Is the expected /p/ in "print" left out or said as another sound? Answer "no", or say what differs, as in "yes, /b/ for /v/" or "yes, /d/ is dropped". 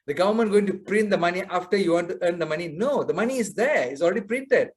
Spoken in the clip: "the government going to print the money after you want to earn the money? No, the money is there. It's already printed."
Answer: no